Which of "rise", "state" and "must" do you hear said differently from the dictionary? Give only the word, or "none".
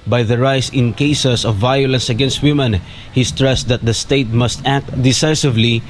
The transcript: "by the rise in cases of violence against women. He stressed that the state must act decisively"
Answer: rise